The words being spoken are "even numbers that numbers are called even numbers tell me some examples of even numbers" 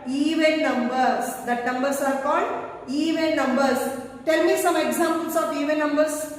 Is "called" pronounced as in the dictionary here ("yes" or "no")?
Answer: yes